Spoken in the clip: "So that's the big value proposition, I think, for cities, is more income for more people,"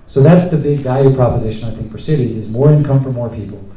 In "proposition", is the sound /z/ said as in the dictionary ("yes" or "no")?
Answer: yes